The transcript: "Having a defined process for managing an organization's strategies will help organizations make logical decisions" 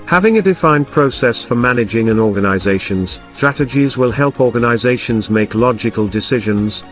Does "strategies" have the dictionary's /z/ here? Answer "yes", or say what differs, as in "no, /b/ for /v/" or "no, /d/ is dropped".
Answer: yes